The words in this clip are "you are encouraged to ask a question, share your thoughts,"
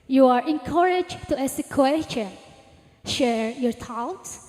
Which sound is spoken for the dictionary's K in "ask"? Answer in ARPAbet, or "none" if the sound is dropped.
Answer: none